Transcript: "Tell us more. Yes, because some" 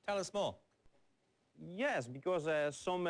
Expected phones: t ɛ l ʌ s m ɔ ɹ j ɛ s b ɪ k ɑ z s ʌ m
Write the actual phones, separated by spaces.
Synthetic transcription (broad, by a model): t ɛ l ʌ s m ɔ l j ɛ s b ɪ k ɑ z s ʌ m